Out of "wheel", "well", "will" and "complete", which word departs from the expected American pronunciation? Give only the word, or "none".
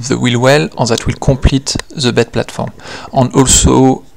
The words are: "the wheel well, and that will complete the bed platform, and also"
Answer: complete